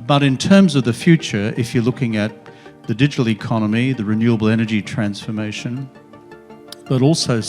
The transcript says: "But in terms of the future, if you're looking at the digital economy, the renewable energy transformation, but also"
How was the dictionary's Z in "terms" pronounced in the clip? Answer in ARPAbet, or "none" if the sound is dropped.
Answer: Z